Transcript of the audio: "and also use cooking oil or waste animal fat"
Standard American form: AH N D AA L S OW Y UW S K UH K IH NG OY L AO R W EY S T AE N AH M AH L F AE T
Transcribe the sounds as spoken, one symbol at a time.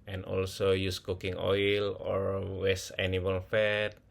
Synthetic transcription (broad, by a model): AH N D AA L S OW Y UW S K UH K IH NG OY L AO R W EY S AE N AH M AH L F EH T